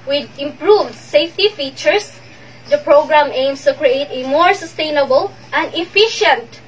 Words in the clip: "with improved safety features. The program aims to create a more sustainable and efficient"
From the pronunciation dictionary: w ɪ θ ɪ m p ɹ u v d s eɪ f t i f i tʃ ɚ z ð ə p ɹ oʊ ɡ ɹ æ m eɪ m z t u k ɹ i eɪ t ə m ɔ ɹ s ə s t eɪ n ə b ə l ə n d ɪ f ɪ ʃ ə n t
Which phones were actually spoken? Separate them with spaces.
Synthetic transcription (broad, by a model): w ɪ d ɪ m p ɹ u v d s eɪ f t i f i tʃ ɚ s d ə p ɹ oʊ ɡ ɹ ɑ m eɪ m s t u k ɹ i eɪ t ə m ɔ ɹ s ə s t eɪ n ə b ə l ə n d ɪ f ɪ ʃ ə n t